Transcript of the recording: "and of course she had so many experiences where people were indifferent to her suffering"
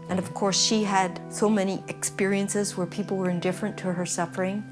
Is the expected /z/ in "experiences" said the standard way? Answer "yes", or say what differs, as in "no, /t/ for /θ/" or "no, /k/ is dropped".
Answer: yes